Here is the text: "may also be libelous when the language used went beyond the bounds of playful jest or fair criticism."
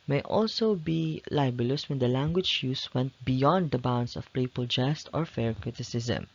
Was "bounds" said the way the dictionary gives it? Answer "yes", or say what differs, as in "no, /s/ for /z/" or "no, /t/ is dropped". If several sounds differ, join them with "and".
no, /s/ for /z/